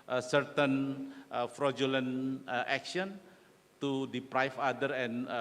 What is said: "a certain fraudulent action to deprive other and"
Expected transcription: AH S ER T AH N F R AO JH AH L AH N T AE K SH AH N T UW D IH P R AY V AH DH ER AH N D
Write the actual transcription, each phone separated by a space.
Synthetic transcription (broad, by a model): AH S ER T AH N F R AO JH AH L AH N T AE K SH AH N T UW D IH P R AY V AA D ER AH N